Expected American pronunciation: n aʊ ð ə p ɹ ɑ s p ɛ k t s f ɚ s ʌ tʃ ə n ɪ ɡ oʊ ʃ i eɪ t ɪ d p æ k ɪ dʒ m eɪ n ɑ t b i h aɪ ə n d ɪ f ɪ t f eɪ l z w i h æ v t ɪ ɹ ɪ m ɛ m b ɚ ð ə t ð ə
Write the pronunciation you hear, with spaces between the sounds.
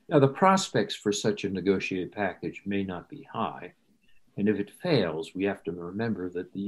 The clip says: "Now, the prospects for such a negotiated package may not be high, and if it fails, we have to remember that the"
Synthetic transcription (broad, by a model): n aʊ ð ə p ɹ ɑ s p ɛ k t s f ɚ s ʌ tʃ ə n ɪ ɡ oʊ ʃ i eɪ t ɪ d p æ k ɪ dʒ m eɪ n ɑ t b i h aɪ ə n ɪ f ɪ t f eɪ l z w i h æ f t ɪ ɹ ɪ m ɛ m b ɚ ð ə t ð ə